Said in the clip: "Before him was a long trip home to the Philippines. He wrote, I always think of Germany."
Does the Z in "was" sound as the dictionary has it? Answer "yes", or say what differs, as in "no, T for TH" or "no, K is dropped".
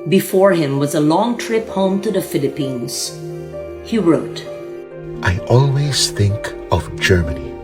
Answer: yes